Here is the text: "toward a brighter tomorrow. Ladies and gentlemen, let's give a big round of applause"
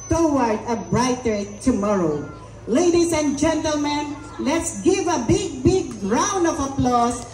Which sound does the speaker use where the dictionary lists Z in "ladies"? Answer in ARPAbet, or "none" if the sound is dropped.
S